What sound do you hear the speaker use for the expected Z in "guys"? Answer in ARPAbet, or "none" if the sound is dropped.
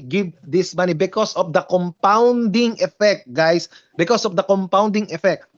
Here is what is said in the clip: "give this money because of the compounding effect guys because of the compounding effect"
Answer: S